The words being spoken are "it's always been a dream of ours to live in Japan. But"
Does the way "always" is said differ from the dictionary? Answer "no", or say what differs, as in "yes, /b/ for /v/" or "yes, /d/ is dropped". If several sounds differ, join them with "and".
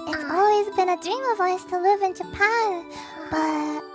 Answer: no